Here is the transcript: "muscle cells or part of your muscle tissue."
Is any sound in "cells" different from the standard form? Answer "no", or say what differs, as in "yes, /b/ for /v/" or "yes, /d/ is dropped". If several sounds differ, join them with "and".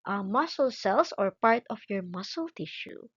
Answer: yes, /s/ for /z/